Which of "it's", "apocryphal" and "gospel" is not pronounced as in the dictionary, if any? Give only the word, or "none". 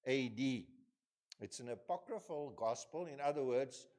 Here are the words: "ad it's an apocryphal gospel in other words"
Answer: none